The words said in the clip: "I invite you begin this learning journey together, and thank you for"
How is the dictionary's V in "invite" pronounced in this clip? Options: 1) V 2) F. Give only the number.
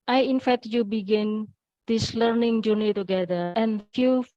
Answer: 2